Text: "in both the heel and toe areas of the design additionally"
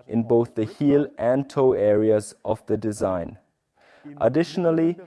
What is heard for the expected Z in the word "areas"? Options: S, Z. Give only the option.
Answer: Z